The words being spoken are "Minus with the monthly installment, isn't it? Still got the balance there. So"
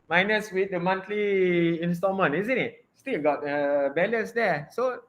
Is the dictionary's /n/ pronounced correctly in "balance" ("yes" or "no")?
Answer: no